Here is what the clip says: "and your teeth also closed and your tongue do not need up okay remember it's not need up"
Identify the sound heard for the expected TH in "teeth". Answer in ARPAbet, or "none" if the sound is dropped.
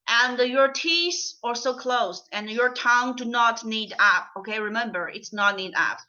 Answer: S